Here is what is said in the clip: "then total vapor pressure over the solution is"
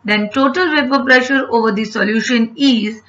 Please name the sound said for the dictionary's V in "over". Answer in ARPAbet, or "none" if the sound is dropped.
V